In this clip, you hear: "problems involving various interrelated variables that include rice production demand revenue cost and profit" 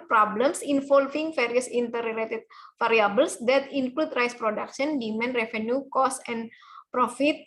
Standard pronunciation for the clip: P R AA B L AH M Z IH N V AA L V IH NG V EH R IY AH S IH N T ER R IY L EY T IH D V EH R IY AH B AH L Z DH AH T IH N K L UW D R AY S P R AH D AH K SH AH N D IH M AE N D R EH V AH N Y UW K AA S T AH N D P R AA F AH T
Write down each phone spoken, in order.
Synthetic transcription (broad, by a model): P R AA B L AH M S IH N F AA L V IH NG F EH R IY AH S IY N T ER R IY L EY T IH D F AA R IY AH B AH L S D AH T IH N K L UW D R AY S P R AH D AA K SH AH N D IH M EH N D R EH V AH N Y UW K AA S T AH N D P R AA F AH T